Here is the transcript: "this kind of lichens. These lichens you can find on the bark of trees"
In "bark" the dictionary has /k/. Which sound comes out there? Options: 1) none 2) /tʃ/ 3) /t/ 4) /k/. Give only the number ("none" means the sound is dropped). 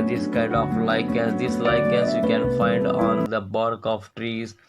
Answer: 4